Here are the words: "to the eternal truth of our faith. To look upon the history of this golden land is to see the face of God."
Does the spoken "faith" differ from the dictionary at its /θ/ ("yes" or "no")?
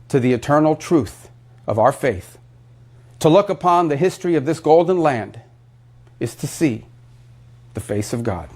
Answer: no